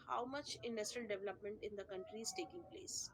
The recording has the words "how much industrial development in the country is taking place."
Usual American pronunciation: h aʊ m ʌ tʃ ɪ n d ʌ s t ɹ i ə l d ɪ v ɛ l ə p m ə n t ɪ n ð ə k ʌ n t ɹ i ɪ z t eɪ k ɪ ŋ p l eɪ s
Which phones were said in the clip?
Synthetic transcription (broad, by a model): h aʊ m ʌ tʃ ɪ n d ʌ s t ɹ i ə l d ɪ v ɛ l ə p m ə n t ɪ n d ə k ʌ n t ɹ i ɪ z t eɪ k ɪ ŋ p l eɪ s